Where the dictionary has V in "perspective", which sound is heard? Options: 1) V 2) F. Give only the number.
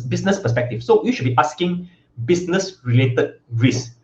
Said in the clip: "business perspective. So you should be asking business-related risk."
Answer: 2